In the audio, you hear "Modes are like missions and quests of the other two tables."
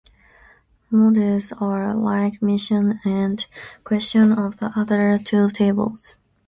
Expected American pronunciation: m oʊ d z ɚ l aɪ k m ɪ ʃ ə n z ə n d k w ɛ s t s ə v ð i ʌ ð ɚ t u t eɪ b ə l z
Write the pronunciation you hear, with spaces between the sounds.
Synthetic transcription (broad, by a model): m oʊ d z ɚ l aɪ k m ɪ ʃ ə n ə n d k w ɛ s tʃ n ə v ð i ʌ ð ɚ t u t eɪ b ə l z